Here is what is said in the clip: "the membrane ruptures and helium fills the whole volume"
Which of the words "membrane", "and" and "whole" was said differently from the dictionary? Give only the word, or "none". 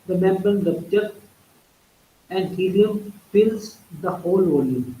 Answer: membrane